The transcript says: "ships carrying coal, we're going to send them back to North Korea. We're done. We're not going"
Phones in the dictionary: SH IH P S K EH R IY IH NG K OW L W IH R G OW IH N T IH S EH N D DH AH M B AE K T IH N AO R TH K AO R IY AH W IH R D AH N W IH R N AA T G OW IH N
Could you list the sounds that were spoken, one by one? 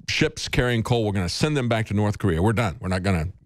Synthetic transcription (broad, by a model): SH IH P S K EH R IY IH NG K OW L W IH R G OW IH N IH S EH N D DH AH M B AE K T IH N AO R TH K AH R IY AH W IH R D AH N W IH R N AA T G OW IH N